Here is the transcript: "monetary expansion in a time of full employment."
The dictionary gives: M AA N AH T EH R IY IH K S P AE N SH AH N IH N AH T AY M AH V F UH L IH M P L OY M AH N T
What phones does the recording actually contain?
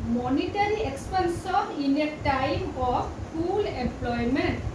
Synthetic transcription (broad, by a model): M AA N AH T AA R IY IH K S P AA N S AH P IH N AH T AY M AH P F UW L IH M P L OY M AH N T